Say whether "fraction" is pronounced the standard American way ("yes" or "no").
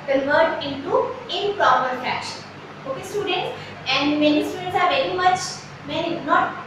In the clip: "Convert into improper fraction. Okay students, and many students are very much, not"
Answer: no